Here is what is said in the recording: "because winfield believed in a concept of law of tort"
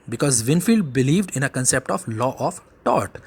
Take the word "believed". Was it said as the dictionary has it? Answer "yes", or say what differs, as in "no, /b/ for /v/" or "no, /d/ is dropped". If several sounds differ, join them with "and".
yes